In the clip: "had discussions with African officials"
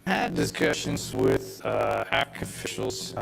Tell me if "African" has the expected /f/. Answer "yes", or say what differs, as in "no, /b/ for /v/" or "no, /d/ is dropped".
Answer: no, /f/ is dropped